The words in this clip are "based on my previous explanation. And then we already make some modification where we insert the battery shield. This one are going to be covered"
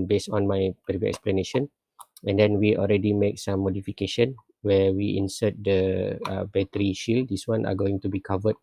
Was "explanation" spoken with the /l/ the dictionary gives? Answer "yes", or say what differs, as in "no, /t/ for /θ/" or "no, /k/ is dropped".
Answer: yes